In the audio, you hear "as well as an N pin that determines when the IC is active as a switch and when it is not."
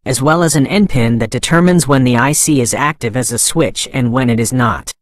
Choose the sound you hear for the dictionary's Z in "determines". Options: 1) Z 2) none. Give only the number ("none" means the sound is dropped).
1